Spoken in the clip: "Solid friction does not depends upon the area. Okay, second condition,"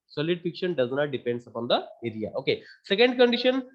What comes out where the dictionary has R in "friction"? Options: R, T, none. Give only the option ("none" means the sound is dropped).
none